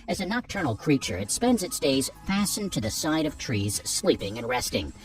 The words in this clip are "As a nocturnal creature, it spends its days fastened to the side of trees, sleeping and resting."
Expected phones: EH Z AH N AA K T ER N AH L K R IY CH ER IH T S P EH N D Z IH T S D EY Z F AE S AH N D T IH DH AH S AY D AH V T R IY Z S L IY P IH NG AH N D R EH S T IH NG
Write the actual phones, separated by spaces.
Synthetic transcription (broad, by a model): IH Z AH N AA K T ER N L K R IY CH ER IH T S P EH N D Z IH T S D EY Z F AE S N T IH DH AH S AY D AH V T R IY Z S L IY P IH NG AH N R EH S T IH NG